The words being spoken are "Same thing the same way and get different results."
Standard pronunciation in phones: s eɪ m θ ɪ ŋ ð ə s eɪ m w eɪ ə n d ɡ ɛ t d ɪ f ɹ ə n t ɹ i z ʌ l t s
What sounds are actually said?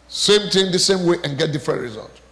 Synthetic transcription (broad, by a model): s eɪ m t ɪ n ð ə s eɪ m w eɪ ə n ɡ ɛ t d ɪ f ɹ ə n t ɹ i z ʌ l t